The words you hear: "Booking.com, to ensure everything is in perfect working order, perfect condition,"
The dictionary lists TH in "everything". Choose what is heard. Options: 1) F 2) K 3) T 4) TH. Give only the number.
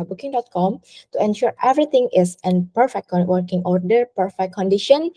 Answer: 3